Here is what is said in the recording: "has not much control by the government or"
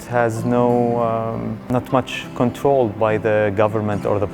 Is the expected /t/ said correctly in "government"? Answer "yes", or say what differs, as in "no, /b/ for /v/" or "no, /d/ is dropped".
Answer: yes